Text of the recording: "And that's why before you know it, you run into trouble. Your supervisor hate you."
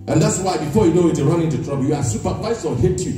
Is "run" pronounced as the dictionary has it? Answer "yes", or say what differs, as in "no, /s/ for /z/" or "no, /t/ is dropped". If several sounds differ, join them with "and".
yes